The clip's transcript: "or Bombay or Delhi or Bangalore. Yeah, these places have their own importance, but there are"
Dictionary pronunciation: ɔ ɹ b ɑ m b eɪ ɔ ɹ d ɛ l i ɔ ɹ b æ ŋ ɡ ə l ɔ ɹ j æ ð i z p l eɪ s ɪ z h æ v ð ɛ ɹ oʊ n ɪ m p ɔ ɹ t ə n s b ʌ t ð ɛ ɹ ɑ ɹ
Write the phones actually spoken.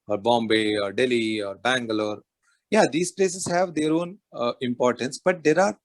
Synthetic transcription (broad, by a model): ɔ ɹ b ɑ m b eɪ ɔ ɹ d ɛ l i ɔ ɹ b æ ŋ ɡ ə l ɔ ɹ j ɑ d i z p l eɪ s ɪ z h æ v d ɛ ɹ oʊ n ɪ m p ɔ ɹ t ə n s b ʌ t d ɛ ɹ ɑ ɹ